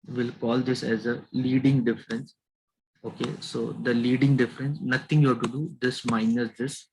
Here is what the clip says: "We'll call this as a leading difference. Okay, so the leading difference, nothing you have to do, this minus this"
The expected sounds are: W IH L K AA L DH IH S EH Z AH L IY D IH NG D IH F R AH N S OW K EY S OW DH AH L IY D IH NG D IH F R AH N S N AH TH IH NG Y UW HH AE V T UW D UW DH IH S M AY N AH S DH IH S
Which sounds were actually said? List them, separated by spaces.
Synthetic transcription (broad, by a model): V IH L K AA L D IH S EH Z AH L IY D IH NG D IH F R AH N S OW K EY S OW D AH L IY D IH NG D IH F R AH N S N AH T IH NG Y UW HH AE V T UW D UW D IH S M AY N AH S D IH S